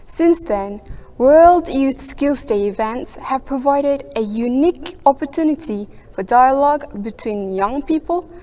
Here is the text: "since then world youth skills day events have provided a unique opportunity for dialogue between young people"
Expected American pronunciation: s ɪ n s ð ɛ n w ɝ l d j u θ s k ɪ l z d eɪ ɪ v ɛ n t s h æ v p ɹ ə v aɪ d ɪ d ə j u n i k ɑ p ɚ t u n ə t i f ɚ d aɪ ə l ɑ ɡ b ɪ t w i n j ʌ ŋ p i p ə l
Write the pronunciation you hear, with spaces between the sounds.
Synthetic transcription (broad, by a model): s ɪ n s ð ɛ n w ɝ l d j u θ s k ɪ l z d eɪ ɪ v ɛ n t s h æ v p ɹ ə v aɪ d ɪ d ə j u n i k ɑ p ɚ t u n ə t i f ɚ d aɪ ə l ɑ ɡ b ɪ t w i n j ʌ ŋ p i p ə l